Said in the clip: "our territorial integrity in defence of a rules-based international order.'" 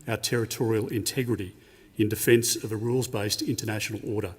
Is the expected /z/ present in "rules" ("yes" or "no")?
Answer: yes